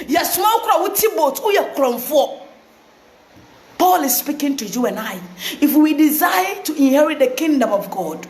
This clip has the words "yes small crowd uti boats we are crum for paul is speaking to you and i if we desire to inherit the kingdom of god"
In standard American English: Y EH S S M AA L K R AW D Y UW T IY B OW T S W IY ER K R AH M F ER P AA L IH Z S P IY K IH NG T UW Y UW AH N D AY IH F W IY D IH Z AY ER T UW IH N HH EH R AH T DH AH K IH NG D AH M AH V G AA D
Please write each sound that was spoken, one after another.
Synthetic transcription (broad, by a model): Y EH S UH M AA W K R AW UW T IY B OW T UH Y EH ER K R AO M F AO P AA L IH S S P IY K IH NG T UW Y UW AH N AY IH F W IY D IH Z AY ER T UW IH N HH EH R AH T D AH K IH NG D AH M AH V G AA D